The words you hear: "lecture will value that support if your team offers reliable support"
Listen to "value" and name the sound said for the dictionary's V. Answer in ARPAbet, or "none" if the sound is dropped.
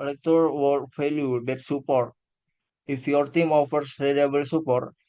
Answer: F